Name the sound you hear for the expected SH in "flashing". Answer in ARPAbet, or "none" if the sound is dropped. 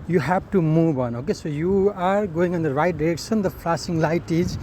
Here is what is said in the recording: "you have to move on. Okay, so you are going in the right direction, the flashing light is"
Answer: S